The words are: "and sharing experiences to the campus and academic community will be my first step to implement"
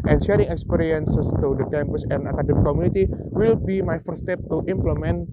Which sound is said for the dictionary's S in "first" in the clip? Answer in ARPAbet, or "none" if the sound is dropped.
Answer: none